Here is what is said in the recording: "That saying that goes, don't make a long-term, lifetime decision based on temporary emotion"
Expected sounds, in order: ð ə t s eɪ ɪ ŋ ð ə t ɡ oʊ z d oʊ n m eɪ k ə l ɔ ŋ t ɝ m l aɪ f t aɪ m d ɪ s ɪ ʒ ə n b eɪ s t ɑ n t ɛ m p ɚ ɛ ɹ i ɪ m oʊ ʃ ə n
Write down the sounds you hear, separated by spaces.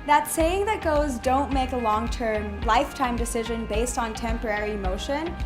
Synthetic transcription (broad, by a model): ð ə t s eɪ ɪ ŋ ð ə t ɡ oʊ z d oʊ n m eɪ k ə l ɔ ŋ t ɝ m l aɪ f t aɪ m d ɪ s ɪ ʒ ə n b eɪ s t n t ɛ m p ɚ ɛ ɹ i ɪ m oʊ ʃ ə n